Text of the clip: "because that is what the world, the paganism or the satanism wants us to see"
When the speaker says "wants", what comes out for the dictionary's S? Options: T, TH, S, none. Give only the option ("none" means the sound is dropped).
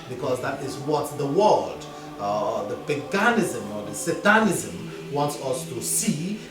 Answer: S